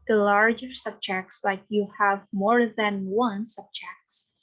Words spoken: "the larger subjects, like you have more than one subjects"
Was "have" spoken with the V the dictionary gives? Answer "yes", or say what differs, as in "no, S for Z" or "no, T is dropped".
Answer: yes